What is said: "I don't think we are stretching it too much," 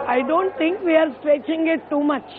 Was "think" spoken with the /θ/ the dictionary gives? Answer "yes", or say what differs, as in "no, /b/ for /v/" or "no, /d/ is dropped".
no, /t/ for /θ/